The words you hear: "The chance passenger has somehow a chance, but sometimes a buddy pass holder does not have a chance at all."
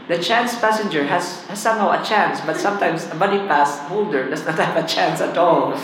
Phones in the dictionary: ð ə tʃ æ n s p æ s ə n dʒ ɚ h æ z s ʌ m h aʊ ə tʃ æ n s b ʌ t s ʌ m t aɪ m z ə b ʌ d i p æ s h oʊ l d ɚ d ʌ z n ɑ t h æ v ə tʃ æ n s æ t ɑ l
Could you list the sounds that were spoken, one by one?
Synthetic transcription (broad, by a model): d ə tʃ æ n s p æ s ə n dʒ ɚ h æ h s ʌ m h aʊ ə tʃ æ n s b ʌ t s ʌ m t aɪ m s ə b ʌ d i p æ s h oʊ l d ɚ d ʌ s n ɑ t h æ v ə tʃ æ n s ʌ t ɑ l